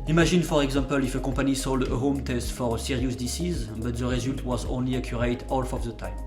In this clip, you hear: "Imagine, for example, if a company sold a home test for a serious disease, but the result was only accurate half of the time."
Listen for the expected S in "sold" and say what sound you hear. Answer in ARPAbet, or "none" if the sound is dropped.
S